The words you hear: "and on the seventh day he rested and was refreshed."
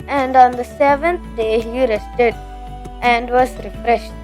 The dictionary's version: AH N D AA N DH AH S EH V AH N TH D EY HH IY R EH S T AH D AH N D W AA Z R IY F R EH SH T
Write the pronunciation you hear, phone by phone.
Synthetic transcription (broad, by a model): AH N D AA N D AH S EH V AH N T D EY HH IY R EH S T AH D AH N D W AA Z R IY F R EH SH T